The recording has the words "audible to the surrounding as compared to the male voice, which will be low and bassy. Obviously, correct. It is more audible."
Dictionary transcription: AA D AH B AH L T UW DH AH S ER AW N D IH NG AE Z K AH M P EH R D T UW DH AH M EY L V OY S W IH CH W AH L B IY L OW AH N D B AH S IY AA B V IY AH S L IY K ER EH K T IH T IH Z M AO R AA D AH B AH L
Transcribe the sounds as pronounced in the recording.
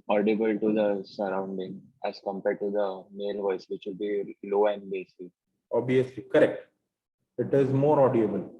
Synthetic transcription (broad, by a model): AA D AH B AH L T UW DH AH S ER AW N D IH NG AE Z K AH M P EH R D T UW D AH M EY L V OY S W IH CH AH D B IY L OW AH N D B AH S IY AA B IY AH S L IY K ER EH K T IH T IH Z M AO R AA D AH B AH L